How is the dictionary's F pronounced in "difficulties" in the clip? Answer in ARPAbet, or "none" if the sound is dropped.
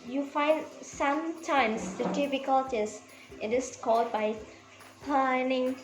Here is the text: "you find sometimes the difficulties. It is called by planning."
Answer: P